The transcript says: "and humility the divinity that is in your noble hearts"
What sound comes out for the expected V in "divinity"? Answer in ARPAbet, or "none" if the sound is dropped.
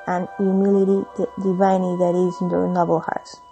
none